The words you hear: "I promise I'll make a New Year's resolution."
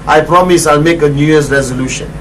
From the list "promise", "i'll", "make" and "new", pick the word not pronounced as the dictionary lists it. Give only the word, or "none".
none